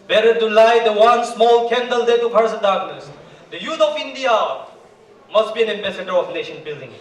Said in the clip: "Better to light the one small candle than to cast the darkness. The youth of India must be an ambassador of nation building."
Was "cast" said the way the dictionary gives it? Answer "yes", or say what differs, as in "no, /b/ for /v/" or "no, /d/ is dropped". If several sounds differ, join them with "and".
no, /s/ is dropped